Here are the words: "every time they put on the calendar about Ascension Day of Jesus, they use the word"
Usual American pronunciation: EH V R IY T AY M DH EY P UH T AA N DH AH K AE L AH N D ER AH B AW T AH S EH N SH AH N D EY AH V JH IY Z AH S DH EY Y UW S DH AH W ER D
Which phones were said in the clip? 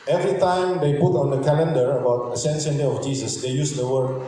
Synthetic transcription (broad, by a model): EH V R IY T AY M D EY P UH T AA N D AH K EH L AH N D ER AH B AW T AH S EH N S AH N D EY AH F JH IY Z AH S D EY Y UW S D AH W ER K